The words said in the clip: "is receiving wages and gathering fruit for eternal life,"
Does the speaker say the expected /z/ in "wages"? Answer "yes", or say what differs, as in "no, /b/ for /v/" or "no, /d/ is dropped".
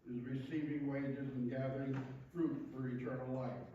yes